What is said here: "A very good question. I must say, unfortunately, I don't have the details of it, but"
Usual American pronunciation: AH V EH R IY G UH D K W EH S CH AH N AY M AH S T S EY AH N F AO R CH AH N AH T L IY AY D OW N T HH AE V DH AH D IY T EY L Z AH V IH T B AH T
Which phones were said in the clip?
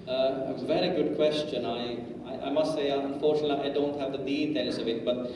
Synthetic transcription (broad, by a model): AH V EH R IY G UH D K W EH S CH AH N AY M AH S T S EY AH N F AO R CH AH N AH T L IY AY D OW N T HH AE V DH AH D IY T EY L S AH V IH T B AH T